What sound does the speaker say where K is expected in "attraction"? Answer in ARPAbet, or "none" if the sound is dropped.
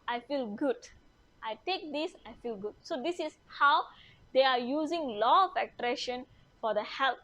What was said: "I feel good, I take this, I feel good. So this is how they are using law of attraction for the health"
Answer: none